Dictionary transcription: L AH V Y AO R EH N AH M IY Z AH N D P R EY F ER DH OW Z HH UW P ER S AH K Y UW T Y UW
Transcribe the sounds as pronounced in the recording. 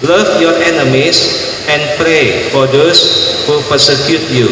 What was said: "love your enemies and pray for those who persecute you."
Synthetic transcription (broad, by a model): L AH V Y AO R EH N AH M IY S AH N P R EY F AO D OW S HH UW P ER S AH K Y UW T Y UW